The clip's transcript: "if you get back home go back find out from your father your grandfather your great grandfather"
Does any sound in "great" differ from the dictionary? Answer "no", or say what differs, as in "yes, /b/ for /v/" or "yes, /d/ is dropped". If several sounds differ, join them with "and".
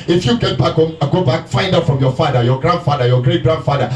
no